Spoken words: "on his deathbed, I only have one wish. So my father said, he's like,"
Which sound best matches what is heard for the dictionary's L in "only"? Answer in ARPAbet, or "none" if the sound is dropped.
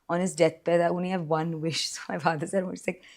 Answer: none